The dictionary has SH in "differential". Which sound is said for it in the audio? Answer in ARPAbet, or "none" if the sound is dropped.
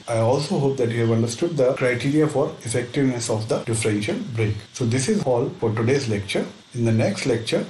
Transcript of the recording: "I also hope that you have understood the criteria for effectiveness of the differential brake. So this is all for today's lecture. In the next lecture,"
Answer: SH